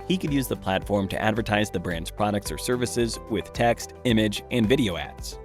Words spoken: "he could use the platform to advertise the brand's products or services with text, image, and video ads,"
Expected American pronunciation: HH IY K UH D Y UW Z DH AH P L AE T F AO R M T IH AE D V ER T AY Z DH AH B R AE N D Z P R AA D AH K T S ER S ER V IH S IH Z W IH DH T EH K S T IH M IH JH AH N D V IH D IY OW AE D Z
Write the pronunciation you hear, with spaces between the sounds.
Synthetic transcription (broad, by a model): HH IY K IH D Y UW Z DH AH P L AE T F AO R M T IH AE D V ER T AY Z DH AH B R AE N D Z P R AA D AH K T S ER S ER V IH S IH Z W IH DH T EH K S T IH M IH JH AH N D V IH D IY OW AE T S